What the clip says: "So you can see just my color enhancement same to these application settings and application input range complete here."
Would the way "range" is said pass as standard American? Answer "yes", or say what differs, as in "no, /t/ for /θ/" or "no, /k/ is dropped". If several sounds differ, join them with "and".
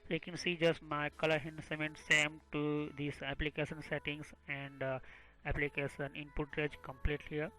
no, /n/ is dropped